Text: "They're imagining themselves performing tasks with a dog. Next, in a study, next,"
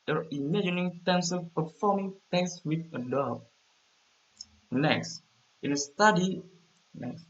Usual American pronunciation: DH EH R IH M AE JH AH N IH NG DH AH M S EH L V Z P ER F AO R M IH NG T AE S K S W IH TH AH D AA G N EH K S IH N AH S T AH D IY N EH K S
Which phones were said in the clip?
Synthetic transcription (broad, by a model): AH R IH M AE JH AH N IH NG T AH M S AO V P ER F AO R M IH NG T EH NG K S W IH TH AH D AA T N EH K S IH N AH S T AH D IY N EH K S